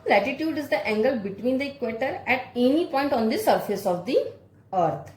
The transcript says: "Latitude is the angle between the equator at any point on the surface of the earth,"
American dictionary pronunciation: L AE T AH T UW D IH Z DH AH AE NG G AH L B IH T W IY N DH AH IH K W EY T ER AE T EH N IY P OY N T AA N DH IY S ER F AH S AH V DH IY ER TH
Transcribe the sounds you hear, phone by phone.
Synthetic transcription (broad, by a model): L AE T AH T UW D IH Z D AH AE NG G AH L B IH T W IY N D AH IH K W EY T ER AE T EH N IY P OY N T AA N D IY S ER F AH S AH V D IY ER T